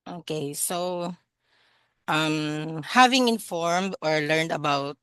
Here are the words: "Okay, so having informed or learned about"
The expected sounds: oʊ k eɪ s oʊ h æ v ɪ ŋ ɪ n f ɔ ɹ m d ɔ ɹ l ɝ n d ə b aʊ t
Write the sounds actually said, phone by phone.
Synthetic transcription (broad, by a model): oʊ k eɪ s oʊ h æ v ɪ ŋ ɪ n f ɔ ɹ m d ɔ ɹ l ɝ n d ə b aʊ t